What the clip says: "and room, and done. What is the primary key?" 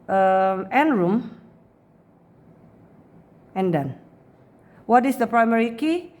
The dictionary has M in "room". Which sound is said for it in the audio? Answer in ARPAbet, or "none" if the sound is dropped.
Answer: M